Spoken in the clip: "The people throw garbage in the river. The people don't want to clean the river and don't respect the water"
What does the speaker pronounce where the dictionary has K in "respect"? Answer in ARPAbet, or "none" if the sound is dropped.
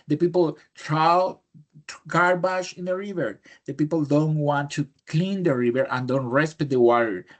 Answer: none